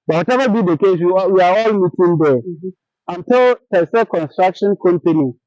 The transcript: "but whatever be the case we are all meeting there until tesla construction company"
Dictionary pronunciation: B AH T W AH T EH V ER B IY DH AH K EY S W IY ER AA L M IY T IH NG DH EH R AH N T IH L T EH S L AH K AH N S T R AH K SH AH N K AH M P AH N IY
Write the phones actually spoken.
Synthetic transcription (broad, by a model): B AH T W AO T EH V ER B IY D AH K EY S W IY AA AA L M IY T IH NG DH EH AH N T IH L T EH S AH K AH N S T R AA K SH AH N K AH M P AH N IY